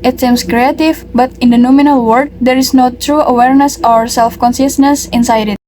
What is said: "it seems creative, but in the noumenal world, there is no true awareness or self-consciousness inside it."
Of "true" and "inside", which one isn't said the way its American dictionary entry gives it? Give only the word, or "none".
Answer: none